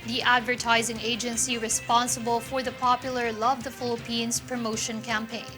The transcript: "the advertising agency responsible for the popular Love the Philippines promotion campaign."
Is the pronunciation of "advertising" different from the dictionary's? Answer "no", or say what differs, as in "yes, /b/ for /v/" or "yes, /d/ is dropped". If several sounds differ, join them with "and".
no